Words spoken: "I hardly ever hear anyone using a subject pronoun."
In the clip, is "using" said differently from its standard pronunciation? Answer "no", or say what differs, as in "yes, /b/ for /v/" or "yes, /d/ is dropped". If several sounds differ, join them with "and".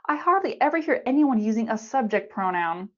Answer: no